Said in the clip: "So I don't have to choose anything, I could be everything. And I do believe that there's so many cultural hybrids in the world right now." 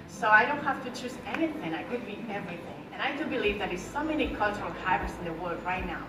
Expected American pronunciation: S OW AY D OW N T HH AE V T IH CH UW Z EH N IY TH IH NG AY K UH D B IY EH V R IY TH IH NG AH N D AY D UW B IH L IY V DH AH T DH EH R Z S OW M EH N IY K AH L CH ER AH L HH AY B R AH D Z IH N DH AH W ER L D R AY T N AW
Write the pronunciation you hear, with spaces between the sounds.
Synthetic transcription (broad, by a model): S OW AY D OW N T HH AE F T IH CH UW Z EH N IY TH IH NG AY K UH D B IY EH V R IY TH IH NG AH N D AY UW B IH L IY V DH AH T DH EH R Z S OW M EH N IY K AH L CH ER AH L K AY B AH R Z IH N DH AH W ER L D R AY T N AW